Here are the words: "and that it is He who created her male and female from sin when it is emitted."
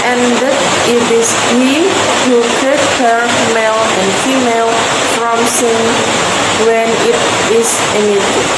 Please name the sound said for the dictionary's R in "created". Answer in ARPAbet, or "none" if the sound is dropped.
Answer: none